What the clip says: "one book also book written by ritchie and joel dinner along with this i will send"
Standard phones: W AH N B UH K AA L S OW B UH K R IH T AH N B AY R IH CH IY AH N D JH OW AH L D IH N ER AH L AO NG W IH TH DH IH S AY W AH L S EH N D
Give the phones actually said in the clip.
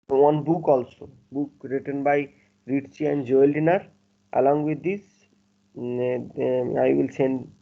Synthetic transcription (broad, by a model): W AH N B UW K AA L S OW B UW K R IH T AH N B AY R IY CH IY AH N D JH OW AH L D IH N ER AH L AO NG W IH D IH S AY W AH L S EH N D